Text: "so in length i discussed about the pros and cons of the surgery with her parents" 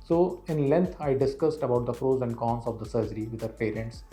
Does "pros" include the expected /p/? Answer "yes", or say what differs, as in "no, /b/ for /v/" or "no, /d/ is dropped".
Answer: no, /f/ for /p/